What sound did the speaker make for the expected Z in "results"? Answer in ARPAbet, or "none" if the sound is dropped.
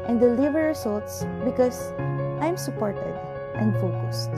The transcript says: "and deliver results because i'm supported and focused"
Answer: S